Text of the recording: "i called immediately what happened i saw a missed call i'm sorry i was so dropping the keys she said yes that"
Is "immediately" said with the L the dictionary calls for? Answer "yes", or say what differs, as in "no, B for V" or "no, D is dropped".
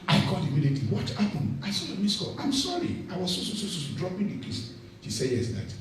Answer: no, L is dropped